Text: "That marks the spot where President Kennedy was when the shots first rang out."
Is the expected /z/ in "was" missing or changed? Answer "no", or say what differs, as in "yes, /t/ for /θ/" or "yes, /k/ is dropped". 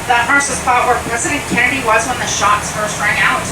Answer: no